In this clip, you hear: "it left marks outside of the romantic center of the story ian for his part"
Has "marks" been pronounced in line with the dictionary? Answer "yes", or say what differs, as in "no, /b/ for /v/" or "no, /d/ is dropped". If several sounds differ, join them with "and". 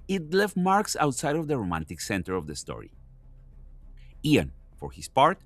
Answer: yes